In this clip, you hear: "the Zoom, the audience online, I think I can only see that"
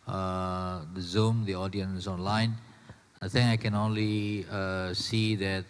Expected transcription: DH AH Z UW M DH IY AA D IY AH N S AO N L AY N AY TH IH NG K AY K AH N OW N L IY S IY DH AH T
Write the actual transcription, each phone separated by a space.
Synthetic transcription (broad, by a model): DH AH Z UW M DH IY AA D IY AH N S AO N L AY N AY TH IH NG AY K AH N OW N L IY S IY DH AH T